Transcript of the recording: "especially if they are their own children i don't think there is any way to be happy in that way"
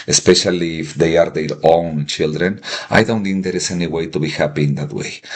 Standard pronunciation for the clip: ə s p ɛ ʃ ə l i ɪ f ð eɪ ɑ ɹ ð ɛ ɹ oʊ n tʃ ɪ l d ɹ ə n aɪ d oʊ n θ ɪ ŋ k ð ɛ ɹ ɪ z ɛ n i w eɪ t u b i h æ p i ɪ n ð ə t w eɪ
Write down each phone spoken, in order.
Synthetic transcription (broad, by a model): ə s p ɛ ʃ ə l i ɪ f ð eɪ ɑ ɹ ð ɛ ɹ oʊ n tʃ ɪ l d ɹ ə n aɪ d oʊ n t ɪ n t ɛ ɹ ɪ s ɛ n i w eɪ t u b i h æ p i ɪ n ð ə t w eɪ